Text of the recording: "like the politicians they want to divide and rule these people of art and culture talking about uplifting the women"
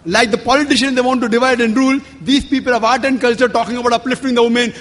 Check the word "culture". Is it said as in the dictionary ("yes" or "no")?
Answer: yes